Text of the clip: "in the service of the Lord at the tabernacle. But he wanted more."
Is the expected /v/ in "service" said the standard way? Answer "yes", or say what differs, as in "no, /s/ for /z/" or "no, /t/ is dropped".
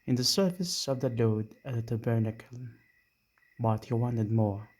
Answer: no, /f/ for /v/